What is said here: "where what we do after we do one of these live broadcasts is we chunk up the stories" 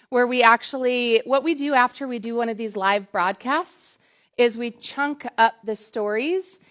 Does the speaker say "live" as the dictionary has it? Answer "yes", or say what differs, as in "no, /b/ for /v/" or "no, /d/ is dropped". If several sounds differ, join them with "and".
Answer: yes